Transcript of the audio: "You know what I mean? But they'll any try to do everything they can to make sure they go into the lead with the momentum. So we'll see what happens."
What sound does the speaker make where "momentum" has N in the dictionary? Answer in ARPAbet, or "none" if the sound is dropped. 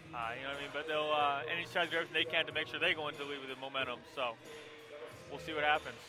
none